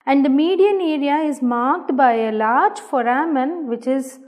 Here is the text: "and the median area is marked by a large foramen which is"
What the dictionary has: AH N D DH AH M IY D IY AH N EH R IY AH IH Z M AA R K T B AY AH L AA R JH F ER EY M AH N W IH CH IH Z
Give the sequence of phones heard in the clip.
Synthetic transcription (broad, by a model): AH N D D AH M IY D IY AH N EH R IY AH IH Z M AA R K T B AY AH L AA R JH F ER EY M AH N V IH CH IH Z